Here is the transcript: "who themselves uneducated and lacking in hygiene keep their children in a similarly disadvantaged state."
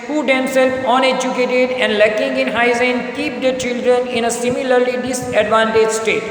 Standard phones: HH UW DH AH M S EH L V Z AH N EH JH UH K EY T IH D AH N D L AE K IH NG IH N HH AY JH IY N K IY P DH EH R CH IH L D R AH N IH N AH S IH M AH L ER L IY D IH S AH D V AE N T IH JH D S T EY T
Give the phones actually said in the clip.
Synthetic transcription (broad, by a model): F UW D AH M S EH L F AH N EH JH UH K EY T IH D AH N D L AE K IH NG IH N HH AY Z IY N K IY P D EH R CH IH L D R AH N IH N AH S IH M AH L ER L IY D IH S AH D V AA N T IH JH S T EY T